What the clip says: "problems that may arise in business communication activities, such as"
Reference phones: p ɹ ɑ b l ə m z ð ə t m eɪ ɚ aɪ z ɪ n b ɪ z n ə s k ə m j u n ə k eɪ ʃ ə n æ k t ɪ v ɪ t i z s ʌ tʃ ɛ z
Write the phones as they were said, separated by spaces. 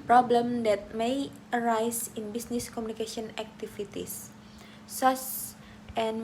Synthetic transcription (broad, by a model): p ɹ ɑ b l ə m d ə t m eɪ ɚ aɪ s ɪ n b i s n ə s k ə m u n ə k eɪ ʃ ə n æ k t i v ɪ t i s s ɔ s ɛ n